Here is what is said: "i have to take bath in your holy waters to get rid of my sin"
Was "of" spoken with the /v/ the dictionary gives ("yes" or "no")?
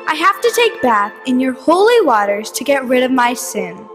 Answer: yes